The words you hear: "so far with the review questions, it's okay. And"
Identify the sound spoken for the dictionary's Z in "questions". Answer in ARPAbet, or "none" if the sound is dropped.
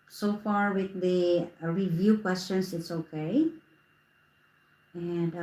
S